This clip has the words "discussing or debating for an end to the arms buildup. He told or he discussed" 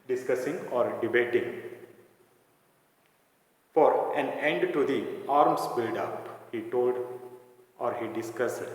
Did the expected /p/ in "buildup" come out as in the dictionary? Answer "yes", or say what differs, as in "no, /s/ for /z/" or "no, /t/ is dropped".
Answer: yes